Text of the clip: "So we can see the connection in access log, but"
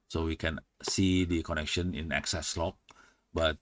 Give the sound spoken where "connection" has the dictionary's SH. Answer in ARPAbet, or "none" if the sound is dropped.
SH